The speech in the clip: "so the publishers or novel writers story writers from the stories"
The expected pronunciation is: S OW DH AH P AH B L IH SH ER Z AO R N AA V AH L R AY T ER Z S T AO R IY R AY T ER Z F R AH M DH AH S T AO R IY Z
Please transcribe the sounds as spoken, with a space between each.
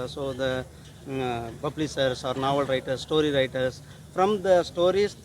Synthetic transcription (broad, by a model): S OW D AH B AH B L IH S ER S AO R N AA V AH L R AY T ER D S T AO R IY R AY T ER S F R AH M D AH S T AO R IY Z